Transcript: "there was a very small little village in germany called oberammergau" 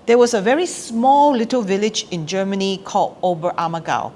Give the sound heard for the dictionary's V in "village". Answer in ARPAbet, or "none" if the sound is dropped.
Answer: V